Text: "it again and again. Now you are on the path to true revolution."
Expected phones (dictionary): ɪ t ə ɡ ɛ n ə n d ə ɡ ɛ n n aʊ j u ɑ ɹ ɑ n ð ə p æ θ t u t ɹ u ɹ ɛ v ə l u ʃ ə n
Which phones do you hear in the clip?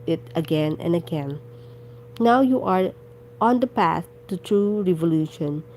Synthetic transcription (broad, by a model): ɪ t ə ɡ ɛ n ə n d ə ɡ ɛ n n aʊ j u ɑ ɹ ɑ n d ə p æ s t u t ɹ u ɹ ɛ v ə l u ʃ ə n